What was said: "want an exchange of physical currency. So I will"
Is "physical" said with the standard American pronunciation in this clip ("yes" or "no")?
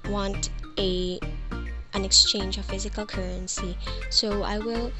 yes